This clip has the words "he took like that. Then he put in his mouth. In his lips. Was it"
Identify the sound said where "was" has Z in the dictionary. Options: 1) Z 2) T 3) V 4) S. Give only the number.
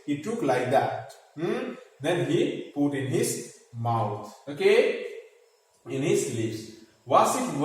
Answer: 4